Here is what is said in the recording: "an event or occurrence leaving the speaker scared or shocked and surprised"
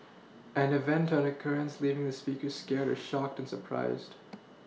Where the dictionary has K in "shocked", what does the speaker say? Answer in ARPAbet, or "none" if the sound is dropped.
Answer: K